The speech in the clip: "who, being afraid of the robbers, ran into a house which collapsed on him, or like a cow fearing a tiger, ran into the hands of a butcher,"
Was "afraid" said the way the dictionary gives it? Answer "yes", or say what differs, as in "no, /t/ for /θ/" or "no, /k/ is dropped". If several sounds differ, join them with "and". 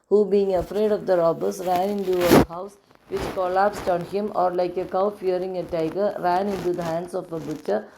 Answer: yes